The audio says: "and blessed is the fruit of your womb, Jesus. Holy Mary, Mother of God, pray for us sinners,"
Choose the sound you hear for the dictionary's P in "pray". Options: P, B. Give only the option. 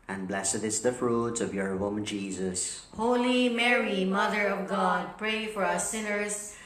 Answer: P